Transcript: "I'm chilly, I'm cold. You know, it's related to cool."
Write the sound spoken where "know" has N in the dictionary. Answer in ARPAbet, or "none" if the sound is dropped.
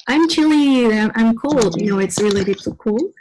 N